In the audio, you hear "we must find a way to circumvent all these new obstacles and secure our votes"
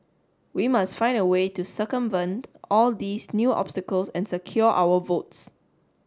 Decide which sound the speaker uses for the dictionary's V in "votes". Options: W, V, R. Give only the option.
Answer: V